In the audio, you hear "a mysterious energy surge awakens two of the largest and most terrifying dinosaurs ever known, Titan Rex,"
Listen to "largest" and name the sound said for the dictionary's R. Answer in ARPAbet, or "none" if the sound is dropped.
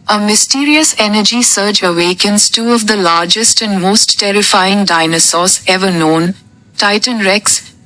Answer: R